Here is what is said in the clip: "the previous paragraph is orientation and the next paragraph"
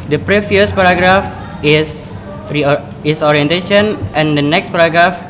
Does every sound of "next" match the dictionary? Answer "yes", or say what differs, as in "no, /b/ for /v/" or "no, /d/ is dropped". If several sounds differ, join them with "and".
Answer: yes